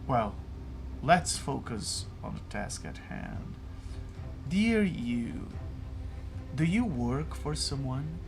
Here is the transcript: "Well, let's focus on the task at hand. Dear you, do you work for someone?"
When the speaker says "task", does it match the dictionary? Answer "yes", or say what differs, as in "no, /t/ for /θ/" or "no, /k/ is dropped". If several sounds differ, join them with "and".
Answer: yes